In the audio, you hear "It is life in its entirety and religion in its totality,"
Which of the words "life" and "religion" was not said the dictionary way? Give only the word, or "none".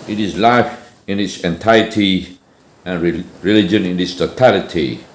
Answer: none